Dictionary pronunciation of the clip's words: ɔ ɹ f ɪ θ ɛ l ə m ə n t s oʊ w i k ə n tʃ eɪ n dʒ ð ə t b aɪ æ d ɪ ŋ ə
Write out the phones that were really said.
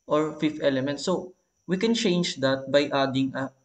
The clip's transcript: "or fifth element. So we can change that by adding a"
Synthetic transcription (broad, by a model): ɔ ɹ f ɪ f ɛ l ə m ə n t s oʊ w i k ə n tʃ eɪ n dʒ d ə t b aɪ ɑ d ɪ ŋ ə